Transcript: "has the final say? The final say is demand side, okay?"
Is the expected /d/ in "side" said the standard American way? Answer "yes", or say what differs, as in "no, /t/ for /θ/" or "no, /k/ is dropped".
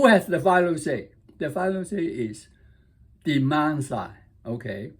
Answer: no, /d/ is dropped